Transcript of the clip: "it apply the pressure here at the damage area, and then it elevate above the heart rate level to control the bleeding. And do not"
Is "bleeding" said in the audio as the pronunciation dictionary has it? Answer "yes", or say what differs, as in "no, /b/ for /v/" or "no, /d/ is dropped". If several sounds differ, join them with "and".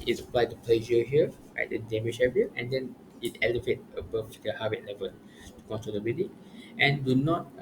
no, /l/ is dropped